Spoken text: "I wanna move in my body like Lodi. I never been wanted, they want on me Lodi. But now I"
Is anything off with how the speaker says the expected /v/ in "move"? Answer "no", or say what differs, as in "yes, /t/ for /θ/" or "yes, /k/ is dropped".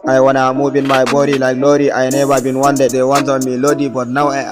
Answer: yes, /b/ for /v/